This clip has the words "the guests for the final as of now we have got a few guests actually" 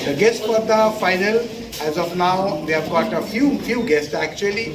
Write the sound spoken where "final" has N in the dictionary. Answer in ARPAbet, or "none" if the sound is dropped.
N